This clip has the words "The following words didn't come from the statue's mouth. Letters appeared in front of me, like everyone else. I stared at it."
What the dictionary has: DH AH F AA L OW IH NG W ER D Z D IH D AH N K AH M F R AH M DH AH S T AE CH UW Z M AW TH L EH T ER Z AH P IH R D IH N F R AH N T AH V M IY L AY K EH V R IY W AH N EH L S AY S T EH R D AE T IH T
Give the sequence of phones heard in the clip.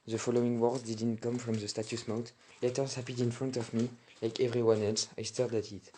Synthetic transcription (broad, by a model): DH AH F AA L OW IH NG W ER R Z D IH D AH N K AH M F R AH M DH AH S T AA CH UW S M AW T L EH T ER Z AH P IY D IH N F R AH N T AH V M IY L AY K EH V R IY W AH N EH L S AY S T EH R D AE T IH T